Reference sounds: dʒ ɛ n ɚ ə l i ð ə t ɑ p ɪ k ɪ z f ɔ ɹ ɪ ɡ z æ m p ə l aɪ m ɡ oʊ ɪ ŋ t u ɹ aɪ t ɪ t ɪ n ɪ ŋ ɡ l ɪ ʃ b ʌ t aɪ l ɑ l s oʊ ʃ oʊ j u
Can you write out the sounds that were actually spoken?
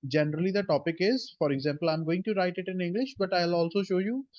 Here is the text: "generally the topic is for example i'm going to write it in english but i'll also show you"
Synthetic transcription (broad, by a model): dʒ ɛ n ɚ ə l i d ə t ɑ p ɪ k ɪ z f ɔ ɹ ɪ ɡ z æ m p ə l aɪ m ɡ oʊ ɪ ŋ t u ɹ aɪ t ɪ t ɪ n ɪ ŋ ɡ l ɪ ʃ b ʌ t aɪ l ɑ l s oʊ ʃ oʊ j u